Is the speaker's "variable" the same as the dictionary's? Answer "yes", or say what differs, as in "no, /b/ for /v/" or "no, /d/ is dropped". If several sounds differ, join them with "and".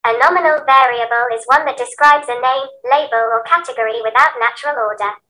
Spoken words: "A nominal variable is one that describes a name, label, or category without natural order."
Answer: yes